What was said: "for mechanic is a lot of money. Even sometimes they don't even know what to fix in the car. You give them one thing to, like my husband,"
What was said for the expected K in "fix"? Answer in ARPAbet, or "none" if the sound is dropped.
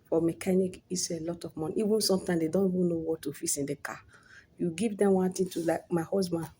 none